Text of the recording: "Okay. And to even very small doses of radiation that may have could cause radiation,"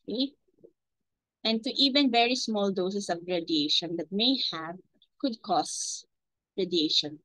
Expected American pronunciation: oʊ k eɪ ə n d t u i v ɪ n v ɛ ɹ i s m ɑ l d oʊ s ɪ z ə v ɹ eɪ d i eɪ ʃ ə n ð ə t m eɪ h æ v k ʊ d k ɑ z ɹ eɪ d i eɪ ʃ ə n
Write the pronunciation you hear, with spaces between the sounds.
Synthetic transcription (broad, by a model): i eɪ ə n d t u i v ɪ n v ɛ ɹ i s m ɑ l d oʊ s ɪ s ə v ɹ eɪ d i eɪ ʃ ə n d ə t m eɪ h æ v k ʊ d k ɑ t ɹ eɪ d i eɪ ʃ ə n